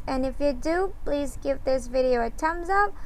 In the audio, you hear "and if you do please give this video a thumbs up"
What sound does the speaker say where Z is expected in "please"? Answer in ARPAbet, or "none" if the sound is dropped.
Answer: Z